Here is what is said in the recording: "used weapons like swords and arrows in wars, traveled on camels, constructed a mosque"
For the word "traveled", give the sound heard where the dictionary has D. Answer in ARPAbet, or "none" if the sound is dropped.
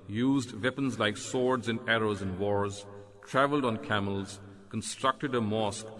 D